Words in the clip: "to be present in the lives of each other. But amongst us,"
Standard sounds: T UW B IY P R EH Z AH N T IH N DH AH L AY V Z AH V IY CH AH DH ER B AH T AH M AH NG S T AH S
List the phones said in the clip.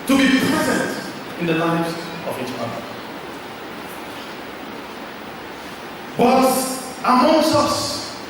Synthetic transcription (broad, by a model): T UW B IY P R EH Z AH N T IH N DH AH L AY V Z AH V IY CH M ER B AH T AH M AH S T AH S